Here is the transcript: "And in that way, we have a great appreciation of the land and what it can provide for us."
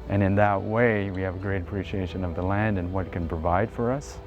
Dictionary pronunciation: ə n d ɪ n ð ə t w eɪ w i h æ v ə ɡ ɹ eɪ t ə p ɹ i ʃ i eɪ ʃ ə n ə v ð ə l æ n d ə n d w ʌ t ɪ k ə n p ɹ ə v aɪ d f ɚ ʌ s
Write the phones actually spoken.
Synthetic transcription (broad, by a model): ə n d ɪ n ð ə t w eɪ w i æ v ə ɡ ɹ eɪ t ə p ɹ i ʃ i eɪ ʃ ə n ə v ð ə l æ n d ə n w ʌ t k ə n p ɹ ə v aɪ d f ɚ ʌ s